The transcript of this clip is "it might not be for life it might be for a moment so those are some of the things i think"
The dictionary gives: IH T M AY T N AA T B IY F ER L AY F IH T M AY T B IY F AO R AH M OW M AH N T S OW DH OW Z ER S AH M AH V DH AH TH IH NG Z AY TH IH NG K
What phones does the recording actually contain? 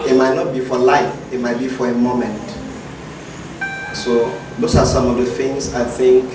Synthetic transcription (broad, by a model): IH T M AY T N AA T B IY F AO L AY F IH T M AY T B IY F AO R AH M OW M AH N T S OW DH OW S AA S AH M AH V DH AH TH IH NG S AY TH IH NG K